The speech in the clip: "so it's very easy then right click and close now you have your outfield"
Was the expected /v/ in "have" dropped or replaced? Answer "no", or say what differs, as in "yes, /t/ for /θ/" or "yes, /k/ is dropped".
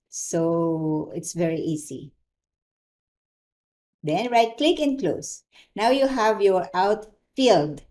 no